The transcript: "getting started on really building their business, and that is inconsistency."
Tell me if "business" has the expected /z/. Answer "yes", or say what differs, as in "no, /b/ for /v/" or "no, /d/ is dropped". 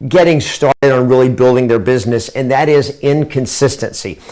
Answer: yes